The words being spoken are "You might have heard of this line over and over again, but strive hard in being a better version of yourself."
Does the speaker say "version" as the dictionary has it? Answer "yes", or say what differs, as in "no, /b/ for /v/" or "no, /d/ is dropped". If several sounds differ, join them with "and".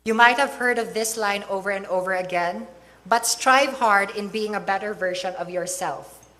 no, /ʃ/ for /ʒ/